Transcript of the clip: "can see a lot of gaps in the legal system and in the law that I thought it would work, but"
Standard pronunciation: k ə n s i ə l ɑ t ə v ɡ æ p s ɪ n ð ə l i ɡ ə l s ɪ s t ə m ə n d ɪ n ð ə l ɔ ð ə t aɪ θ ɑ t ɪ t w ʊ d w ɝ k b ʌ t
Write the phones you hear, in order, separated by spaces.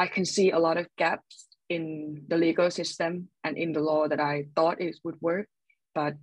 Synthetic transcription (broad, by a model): k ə n s i ə l ɑ t ə v ɡ æ p s ɪ n ð ə l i ɡ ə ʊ s ɪ s t ə m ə n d ɪ n ð ə l ɔ ð ə t aɪ θ ɑ t ɪ t w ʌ d w ɝ k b ʌ t